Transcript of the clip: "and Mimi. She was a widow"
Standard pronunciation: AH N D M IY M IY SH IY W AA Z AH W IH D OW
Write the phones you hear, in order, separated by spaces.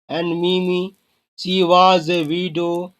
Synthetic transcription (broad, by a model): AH N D M IY M IY S IY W AA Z AH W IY D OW